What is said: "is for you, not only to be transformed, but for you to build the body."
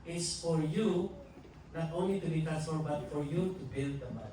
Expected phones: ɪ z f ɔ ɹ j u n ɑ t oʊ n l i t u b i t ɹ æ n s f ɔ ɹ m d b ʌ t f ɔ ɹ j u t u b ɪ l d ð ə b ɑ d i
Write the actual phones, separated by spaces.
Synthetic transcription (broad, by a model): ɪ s f ɔ ɹ j u n ɑ t oʊ n l i t u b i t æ s ɔ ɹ b ʌ t f ɔ ɹ j u t u b ɪ l d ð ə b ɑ